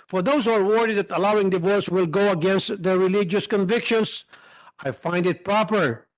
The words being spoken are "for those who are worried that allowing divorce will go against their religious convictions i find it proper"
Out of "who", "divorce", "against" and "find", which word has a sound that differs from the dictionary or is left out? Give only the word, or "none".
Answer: none